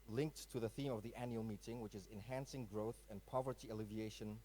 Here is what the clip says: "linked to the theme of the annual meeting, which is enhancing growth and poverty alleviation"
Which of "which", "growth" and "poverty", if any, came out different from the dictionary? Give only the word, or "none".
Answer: none